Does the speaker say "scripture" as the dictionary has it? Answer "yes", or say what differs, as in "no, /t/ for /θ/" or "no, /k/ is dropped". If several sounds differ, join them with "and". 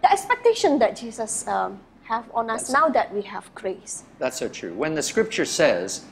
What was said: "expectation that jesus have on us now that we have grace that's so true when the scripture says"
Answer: yes